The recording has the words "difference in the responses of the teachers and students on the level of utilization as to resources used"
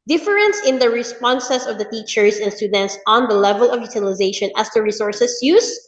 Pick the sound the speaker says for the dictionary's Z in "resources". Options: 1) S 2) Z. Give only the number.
1